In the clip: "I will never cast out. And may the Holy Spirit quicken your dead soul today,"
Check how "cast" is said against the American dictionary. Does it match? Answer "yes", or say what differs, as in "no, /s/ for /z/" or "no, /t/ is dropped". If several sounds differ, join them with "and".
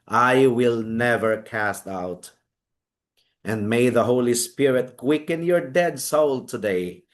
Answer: yes